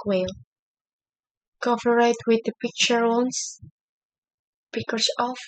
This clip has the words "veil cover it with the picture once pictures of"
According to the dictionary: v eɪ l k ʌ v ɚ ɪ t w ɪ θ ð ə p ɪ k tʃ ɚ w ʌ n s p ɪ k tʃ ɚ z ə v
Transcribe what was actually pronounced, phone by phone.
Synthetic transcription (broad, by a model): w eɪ l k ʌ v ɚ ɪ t w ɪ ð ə p ɪ k tʃ ɚ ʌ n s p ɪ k ɚ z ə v